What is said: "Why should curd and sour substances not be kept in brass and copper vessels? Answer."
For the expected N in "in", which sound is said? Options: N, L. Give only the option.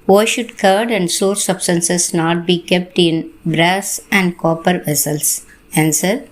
N